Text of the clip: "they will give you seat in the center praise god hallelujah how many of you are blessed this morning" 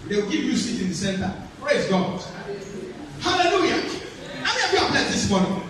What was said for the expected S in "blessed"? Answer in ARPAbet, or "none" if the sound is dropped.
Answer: none